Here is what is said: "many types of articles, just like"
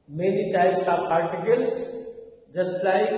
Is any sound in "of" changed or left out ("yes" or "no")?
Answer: yes